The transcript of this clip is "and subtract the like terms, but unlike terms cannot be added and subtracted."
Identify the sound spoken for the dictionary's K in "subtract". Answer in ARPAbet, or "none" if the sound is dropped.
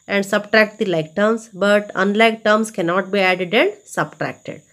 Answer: K